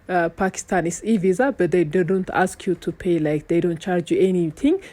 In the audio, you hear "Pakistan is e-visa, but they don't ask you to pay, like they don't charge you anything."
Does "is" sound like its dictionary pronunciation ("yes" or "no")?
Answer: no